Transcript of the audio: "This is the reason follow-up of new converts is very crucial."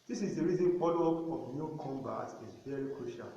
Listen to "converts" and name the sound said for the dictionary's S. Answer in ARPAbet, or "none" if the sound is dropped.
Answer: none